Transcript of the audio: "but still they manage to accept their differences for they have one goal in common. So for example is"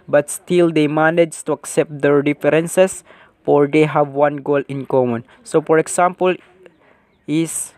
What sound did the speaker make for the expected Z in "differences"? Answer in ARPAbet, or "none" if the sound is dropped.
S